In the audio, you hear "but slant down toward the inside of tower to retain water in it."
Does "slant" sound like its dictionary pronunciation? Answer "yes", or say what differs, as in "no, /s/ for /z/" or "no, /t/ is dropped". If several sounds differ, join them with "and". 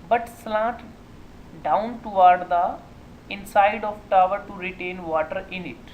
no, /n/ is dropped